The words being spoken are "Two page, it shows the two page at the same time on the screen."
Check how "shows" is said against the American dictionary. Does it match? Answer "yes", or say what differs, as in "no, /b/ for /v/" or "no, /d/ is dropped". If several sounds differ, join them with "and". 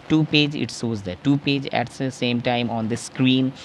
no, /s/ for /ʃ/